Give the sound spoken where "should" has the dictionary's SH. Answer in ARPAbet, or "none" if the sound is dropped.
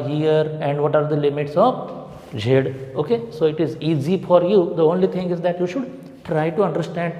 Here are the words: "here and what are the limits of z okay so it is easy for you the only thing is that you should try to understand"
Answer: SH